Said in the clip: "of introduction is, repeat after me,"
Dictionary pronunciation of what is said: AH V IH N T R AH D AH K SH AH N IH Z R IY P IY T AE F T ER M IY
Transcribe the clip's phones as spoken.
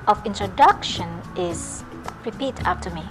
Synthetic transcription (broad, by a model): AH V IH N T R AH D AH K SH AH N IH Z R IY P IY T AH P T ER M IY